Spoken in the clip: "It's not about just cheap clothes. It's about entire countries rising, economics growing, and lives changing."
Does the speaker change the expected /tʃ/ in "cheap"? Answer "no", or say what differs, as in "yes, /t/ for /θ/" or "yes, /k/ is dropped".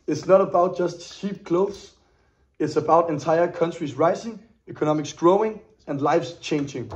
yes, /ʃ/ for /tʃ/